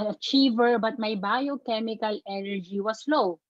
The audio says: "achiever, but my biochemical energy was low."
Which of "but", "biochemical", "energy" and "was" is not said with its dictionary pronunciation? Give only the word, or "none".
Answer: was